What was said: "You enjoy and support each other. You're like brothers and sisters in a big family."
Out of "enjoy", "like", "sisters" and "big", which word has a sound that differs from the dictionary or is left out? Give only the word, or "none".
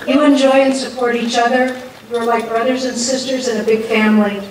none